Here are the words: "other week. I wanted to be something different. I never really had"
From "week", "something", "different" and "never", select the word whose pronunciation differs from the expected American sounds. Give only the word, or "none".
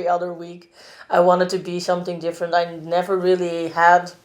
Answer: none